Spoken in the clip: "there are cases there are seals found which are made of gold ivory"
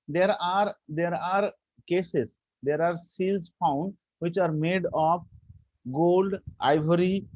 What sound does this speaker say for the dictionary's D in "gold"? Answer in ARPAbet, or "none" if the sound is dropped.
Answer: D